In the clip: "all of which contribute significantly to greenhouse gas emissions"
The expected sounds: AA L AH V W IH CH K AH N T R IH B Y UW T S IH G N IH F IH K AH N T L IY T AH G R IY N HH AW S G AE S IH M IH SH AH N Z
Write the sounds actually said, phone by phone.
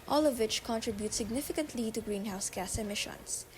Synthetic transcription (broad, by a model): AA L AH V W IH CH K AH N T R IH B Y UW T S IH G N IH F IH K AH N T L IY T AH G R IY N HH AW S G AE S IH M IH SH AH N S